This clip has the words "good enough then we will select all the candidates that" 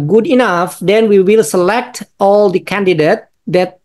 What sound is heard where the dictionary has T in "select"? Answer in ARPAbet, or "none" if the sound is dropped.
T